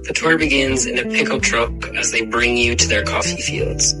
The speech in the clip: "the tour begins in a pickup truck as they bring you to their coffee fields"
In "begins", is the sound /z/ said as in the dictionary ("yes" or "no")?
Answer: yes